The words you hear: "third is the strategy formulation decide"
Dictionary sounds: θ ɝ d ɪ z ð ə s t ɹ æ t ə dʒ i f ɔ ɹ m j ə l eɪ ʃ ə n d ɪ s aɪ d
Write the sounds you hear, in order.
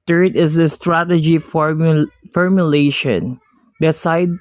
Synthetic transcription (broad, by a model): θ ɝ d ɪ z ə s t ɹ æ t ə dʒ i f ɔ ɹ m j ə l eɪ ʃ ə n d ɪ s aɪ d